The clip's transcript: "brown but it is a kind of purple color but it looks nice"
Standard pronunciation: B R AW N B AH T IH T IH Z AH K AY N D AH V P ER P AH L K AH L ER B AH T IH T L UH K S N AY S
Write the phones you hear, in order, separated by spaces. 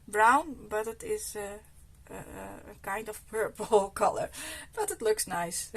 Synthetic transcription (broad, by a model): B R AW N B AH T IH T IH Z AH K AY N D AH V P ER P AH L K AH L ER B AH T IH T L UH K S N AY S